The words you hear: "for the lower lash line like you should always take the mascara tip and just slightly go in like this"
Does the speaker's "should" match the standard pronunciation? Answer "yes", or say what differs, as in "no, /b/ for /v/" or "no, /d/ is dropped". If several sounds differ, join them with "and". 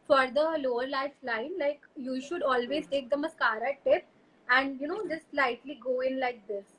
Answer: yes